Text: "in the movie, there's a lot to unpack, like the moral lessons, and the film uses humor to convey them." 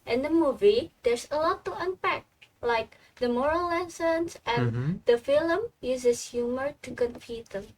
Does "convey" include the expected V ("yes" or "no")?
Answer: no